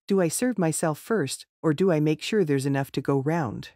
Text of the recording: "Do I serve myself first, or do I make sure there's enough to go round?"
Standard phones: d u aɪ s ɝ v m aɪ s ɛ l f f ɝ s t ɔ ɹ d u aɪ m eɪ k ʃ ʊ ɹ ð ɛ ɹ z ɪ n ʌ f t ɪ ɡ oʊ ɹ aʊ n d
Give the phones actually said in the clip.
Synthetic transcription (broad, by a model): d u aɪ s ɝ v m aɪ s ɛ l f f ɝ s t ɔ ɹ d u aɪ m eɪ k ʃ ʊ ɹ ð ɛ ɹ z ɪ n ʌ f t ɪ ɡ oʊ ɹ aʊ n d